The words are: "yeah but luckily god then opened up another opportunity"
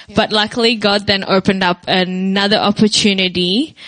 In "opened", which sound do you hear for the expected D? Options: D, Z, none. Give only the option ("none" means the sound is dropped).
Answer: D